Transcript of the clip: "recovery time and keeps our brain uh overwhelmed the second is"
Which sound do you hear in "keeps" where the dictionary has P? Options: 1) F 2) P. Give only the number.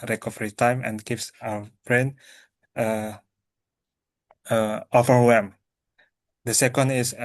1